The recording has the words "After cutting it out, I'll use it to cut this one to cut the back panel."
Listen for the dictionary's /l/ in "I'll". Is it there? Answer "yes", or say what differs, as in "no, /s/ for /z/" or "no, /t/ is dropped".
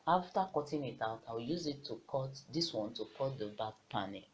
no, /w/ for /l/